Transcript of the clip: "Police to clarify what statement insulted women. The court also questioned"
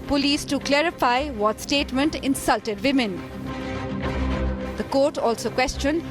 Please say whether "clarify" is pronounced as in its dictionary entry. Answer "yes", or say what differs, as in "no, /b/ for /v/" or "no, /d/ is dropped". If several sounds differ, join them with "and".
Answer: yes